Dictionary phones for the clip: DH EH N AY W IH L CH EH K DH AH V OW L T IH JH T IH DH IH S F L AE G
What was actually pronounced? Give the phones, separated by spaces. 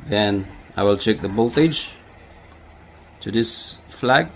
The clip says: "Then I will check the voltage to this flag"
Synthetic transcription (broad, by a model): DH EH N AY W IH L CH EH K DH AH B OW L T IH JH T IH DH IH S F L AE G